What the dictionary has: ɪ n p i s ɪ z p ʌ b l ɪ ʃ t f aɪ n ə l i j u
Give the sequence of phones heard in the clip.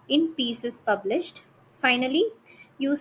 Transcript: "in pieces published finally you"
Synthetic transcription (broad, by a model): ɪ n p i s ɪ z p ʌ b l ɪ ʃ t f aɪ n ə l i j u